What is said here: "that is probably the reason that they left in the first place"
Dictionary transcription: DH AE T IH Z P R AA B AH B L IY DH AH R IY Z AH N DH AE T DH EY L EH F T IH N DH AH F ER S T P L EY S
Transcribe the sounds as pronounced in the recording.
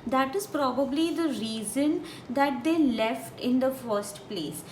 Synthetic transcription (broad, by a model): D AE T IH Z P R AA B AH B L IY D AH R IY Z AH N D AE T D EY L EH F T IH N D AH F ER S T P L EY S